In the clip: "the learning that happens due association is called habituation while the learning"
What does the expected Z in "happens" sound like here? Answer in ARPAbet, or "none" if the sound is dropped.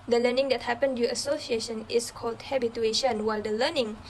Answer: none